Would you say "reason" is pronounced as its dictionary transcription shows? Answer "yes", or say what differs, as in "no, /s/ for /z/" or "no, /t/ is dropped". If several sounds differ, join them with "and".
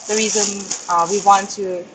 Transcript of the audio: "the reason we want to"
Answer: yes